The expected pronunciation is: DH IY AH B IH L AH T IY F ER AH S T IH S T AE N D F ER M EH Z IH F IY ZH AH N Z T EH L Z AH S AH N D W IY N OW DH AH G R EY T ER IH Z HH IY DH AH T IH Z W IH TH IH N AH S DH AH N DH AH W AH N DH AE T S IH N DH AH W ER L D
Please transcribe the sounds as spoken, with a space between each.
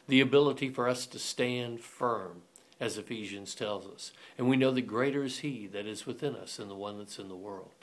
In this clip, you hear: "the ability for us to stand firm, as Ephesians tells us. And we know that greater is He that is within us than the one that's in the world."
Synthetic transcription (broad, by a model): DH IY AH B IH L AH T IY F ER AH S T IH S T AE N D F ER M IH Z IH F IY ZH AH N Z T EH L Z AH S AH N W IY N OW DH AH G R EY T ER IH Z HH IY DH AH T IH Z W IH TH IH N AH S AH N DH AH W AH N DH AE T S IH N DH AH W ER L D